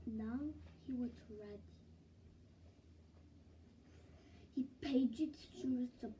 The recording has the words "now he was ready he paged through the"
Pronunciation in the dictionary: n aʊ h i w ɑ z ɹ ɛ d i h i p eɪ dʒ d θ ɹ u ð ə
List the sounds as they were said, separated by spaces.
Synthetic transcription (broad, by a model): n aʊ h i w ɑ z ɹ ɛ d i h i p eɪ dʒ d t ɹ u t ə